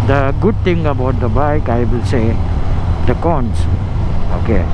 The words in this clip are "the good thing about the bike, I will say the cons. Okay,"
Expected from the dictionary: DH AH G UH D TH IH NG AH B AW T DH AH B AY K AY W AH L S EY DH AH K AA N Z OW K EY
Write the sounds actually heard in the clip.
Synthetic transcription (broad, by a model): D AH G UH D T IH NG AH B AW T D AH B AY K AY W AH L S EY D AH K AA N S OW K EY